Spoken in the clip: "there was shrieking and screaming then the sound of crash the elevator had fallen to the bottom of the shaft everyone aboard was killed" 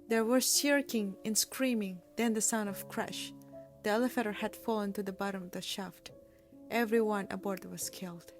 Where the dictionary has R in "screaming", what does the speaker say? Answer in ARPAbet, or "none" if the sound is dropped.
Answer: R